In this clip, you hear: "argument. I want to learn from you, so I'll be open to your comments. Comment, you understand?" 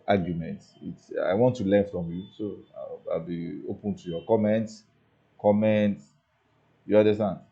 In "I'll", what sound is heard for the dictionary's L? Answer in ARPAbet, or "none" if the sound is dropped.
L